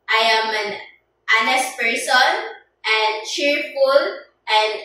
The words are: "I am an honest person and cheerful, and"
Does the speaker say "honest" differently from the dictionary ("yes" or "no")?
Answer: no